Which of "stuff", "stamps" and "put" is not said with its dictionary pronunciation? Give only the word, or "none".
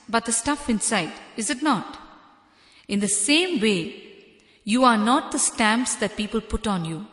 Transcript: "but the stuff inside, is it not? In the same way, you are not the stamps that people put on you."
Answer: none